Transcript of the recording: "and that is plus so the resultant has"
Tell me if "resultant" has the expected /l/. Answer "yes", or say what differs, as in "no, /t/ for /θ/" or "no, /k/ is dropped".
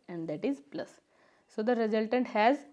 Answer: yes